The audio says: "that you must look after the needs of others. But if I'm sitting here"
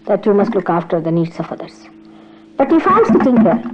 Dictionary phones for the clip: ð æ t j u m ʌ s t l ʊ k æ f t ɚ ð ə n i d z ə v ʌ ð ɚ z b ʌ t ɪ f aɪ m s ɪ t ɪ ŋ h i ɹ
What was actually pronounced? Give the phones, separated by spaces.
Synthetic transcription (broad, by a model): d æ t j u m ʌ s t l ʊ k æ f t ɚ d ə n i d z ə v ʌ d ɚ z b ʌ t ɪ f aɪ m s ɪ t ɪ ŋ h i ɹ